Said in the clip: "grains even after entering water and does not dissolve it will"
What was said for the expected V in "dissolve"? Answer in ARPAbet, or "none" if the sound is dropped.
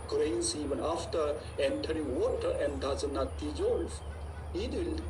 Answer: F